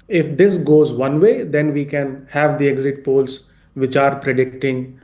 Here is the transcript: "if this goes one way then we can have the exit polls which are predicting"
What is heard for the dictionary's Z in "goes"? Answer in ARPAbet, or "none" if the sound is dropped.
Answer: Z